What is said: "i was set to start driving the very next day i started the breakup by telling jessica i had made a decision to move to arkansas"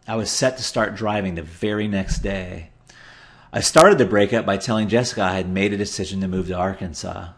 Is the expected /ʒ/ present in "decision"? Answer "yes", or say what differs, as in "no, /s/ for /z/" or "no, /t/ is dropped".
yes